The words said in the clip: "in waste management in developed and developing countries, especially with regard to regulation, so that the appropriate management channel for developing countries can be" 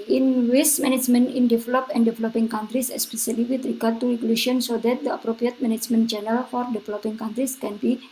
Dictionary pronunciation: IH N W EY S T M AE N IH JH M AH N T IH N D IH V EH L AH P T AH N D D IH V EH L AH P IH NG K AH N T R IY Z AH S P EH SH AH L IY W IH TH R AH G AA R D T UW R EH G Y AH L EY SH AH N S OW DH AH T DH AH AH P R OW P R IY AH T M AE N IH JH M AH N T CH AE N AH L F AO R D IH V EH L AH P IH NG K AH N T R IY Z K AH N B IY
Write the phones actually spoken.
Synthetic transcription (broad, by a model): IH N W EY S M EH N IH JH M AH N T IH N D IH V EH L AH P AH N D D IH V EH L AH P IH NG K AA N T R IY S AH S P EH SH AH L IY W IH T R AH G AA R D T UW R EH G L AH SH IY AH N S OW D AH T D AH AH P R OW P R IY AH T M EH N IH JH M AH N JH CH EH N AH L F AO R D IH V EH L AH P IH NG K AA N T R IY S K AH N B IY